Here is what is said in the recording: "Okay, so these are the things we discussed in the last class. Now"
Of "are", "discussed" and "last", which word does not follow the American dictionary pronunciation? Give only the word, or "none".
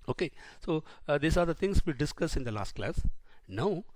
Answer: discussed